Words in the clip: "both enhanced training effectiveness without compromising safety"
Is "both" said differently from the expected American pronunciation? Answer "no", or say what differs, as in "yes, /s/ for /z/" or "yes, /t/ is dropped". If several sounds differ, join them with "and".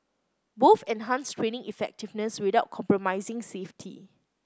yes, /f/ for /θ/